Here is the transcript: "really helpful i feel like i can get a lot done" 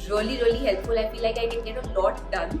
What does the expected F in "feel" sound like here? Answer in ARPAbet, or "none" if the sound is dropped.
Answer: P